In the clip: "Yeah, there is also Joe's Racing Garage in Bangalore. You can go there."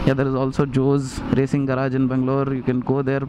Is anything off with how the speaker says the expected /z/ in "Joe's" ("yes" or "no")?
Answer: no